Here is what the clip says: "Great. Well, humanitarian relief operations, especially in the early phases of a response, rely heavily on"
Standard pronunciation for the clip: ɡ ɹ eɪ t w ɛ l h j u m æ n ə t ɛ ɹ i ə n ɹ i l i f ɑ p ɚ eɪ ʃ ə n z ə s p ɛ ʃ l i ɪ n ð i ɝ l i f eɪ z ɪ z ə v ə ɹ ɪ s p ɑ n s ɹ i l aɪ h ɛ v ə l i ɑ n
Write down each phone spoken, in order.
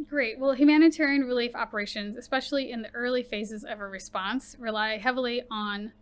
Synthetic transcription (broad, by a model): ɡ ɹ eɪ t w ɛ l h j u m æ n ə t ɛ ɹ i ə n ɹ i l i f ɑ p ɚ eɪ ʃ ə n z ə s p ɛ ʃ l i ɪ n ð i ɝ l i f eɪ z ɪ z ə v ə ɹ ɪ s p ɑ n s ɹ i l aɪ h ɛ v l i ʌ n